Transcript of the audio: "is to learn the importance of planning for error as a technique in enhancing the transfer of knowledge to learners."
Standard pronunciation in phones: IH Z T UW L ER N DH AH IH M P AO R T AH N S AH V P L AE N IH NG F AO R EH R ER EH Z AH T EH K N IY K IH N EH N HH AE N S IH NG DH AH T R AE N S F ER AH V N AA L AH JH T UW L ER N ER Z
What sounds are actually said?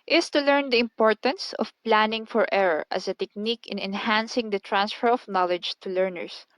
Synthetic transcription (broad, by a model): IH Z T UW L ER N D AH IH M P AO R T AH N S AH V P L AE N IH NG F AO R EH R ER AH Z AH T EH K N IY K IH N EH N HH AE N S IH NG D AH T R AE N S F ER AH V N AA L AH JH T UW L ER N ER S